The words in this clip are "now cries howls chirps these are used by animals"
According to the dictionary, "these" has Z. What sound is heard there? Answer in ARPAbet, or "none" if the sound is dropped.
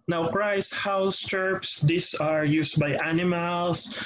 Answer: S